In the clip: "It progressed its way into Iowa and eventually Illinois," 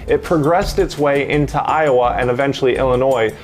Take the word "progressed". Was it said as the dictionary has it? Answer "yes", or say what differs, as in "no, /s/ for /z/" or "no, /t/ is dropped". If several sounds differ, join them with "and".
yes